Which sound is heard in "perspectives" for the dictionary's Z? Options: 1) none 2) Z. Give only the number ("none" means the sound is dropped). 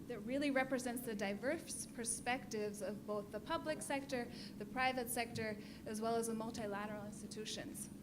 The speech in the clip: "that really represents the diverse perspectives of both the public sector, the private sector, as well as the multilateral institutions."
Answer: 2